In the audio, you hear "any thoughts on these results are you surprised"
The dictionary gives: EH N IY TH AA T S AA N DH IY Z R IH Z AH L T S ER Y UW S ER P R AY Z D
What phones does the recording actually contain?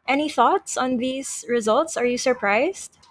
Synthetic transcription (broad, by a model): EH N IY TH AA T S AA N DH IY Z R IH Z AH L T S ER Y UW S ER P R AY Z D